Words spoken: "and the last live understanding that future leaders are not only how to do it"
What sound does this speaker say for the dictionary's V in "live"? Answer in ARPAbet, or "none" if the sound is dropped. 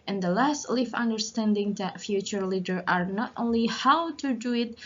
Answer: F